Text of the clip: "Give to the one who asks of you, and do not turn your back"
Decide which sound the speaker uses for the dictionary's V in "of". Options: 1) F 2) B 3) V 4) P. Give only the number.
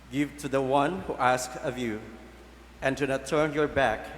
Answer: 3